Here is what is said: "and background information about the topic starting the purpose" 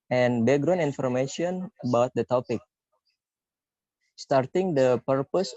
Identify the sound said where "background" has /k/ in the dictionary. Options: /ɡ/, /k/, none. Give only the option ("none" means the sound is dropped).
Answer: none